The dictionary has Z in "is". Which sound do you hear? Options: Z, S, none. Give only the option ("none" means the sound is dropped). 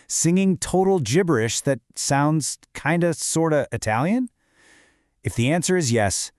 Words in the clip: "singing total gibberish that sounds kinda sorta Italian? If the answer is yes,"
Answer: Z